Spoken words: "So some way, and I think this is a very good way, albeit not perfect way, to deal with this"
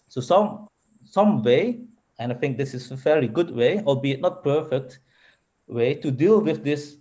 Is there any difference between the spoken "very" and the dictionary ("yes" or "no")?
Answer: yes